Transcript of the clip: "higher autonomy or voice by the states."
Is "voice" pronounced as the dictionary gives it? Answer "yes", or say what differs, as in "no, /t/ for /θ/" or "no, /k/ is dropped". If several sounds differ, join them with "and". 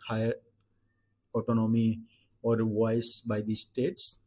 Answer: no, /w/ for /v/